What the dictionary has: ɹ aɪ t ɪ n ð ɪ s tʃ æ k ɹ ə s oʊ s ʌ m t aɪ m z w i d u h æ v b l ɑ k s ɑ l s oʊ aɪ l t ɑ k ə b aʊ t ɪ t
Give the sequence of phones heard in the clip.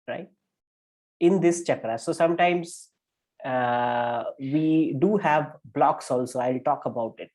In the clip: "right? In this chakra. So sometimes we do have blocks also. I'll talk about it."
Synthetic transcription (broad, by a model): ɹ aɪ t ɪ n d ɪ s tʃ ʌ k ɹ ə s oʊ s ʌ m t aɪ m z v i d u h æ v b l ɑ k s ɑ l s oʊ aɪ l t ɑ k ə b aʊ t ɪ t